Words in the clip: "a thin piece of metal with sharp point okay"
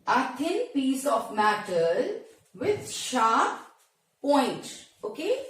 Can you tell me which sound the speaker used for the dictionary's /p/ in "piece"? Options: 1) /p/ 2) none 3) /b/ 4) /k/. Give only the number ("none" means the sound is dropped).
1